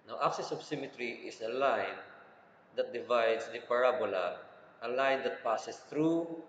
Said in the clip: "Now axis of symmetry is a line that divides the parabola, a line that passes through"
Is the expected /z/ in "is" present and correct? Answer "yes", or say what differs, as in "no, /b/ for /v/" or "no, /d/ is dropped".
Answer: no, /s/ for /z/